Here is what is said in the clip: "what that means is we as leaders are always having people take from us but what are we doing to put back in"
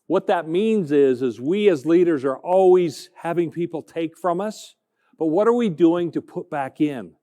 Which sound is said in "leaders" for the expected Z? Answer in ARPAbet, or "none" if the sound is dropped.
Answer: Z